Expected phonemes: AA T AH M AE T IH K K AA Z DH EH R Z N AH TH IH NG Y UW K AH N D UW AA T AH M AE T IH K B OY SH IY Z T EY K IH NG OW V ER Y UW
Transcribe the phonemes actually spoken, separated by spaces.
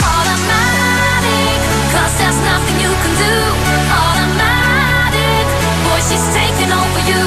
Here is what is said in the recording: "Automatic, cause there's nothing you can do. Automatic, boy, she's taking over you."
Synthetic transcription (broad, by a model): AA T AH M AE T IH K K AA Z DH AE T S N AH TH IH NG Y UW K AH N D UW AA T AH M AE T IH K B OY SH IY Z T EY K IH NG OW V ER Y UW